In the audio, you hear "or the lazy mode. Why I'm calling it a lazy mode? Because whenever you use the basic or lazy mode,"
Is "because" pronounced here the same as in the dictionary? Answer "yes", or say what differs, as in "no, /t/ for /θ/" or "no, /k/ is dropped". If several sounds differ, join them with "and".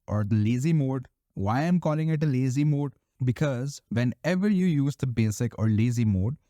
yes